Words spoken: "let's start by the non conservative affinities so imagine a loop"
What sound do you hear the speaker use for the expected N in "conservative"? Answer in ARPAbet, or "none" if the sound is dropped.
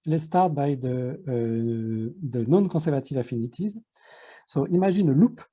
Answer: none